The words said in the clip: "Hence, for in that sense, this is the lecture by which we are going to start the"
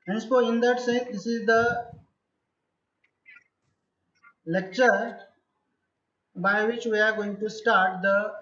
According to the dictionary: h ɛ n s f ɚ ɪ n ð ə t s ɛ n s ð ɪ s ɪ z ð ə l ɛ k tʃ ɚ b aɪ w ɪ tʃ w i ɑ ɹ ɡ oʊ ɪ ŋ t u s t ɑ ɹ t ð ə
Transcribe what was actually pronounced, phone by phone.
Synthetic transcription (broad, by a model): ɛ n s p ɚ ɪ n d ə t s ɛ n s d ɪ s ɪ z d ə l ɛ k tʃ ɚ b aɪ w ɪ tʃ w i ɑ ɹ ɡ oʊ ɪ ŋ t u s t ɑ ɹ t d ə